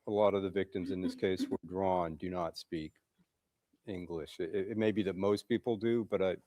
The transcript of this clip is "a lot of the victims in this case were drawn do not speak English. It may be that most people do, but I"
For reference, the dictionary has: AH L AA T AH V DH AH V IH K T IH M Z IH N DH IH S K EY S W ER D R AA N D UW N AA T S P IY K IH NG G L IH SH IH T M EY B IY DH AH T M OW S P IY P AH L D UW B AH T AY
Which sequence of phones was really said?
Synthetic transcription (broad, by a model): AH L AA T AH V DH AH V IH K T IH M Z IH N DH IH S K EY S W ER D R AA N D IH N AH T S P IY K IH NG G L IH SH IH T M EY B IY DH AH T M OW S P IY P L D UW B AH T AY